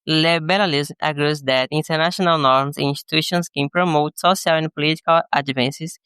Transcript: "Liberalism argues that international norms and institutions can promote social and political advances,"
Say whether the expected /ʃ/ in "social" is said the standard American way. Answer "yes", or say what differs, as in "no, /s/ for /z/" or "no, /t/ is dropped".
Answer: no, /s/ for /ʃ/